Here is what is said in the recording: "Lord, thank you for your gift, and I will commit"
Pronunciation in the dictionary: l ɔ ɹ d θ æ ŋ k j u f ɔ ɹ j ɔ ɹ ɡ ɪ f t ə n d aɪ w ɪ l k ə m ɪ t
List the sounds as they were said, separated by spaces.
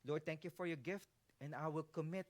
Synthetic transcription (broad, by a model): l ɔ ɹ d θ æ ŋ k j u f ɔ ɹ j ɔ ɹ ɡ ɪ f t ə n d aɪ w ɪ l k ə m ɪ t